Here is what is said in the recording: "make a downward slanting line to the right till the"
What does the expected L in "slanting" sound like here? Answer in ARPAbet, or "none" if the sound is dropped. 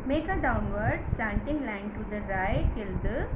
none